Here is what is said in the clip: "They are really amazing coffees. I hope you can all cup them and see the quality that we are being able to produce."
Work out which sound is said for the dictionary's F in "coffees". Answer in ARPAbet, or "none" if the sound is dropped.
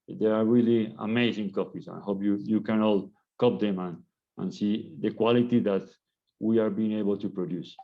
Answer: P